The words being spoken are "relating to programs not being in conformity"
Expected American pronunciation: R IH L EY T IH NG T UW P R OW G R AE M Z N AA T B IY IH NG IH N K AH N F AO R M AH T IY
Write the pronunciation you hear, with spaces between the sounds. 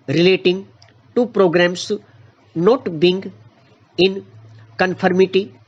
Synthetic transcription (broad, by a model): R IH L EY T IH NG T UW P R OW G R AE M S N AA T B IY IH NG IH N K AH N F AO R M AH T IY